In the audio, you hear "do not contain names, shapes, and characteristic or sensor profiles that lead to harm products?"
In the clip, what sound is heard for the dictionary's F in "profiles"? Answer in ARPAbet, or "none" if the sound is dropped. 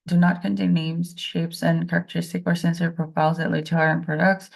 P